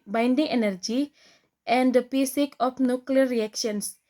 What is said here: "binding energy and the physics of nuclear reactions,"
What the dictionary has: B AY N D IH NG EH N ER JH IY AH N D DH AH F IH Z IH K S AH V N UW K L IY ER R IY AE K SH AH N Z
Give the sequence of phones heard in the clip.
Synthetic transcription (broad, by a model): B AY N D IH NG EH N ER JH IY AH N D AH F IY S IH K AH F N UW K L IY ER R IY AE K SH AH N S